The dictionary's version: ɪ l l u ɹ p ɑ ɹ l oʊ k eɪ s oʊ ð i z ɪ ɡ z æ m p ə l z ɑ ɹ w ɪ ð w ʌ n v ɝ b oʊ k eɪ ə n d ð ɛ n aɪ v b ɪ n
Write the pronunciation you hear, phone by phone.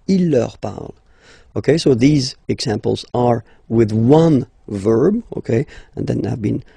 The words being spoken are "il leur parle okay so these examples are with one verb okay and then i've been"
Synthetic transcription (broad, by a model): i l l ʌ ɹ p ɑ ɹ l oʊ k eɪ s oʊ ð i z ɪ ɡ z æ m p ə l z ɑ ɹ w ɪ ð w ʌ n v ɝ b oʊ k eɪ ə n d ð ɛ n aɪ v b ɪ n